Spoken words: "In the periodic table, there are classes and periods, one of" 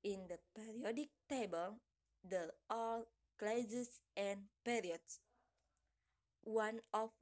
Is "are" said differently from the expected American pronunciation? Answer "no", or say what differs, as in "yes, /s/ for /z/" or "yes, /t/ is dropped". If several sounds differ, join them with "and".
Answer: yes, /l/ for /ɹ/